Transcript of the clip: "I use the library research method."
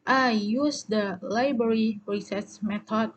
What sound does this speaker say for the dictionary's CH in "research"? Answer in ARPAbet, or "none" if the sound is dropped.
S